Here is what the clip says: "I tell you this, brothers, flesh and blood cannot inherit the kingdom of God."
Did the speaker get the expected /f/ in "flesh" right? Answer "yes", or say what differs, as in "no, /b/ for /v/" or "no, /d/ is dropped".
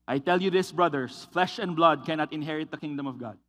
yes